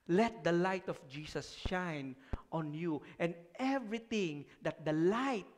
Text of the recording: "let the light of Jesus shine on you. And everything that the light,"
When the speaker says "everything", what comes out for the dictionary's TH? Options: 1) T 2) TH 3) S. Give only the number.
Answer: 1